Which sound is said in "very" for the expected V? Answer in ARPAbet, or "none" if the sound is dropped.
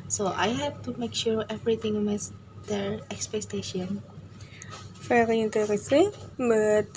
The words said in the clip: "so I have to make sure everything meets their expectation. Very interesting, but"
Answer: F